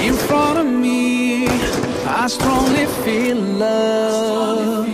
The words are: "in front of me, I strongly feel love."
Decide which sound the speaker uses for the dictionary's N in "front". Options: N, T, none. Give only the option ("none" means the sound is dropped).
none